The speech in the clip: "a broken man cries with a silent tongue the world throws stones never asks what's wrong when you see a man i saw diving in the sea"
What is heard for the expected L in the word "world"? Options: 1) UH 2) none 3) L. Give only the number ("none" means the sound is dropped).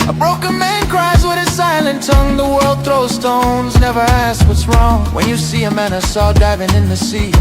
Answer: 3